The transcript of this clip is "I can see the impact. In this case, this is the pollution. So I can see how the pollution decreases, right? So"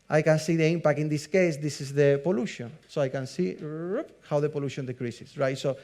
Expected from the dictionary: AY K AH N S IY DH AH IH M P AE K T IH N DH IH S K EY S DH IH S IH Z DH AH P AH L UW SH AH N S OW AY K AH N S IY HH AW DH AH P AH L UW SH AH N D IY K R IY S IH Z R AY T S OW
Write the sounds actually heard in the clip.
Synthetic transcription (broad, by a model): AY K AH N S IY DH AH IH M P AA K T IH N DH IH S K EY S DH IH S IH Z DH AH P AH L UW SH AH N S OW AY K AH N S IY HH AW DH AH P AH L UW SH AH N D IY K R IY S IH S R AY T S OW